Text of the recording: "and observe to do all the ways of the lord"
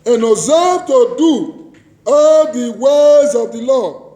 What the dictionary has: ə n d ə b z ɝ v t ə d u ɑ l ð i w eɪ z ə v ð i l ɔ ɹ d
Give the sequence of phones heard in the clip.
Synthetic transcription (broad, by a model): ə n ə z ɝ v t ə d u ɑ l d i w eɪ z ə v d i l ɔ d